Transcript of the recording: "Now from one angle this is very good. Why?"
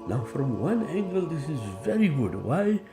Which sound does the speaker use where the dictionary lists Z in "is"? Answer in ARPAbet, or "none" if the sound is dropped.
Z